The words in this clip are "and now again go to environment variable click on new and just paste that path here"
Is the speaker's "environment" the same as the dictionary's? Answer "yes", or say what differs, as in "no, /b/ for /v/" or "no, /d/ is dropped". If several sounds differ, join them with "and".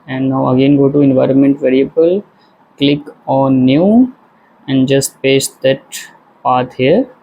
yes